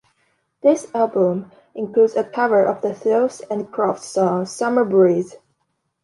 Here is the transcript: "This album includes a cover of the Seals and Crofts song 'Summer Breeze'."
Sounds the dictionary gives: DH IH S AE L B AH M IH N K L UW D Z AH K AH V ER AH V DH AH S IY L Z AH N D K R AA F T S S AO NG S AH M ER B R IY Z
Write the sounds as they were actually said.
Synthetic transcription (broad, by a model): DH IH S AE L B AH M IH N K L UW D Z AH K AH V ER AH V DH AH TH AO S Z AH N K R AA F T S S AO NG S AH M ER B R IY Z